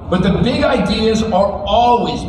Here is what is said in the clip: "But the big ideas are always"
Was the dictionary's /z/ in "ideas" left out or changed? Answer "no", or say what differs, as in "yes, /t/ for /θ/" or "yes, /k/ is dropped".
no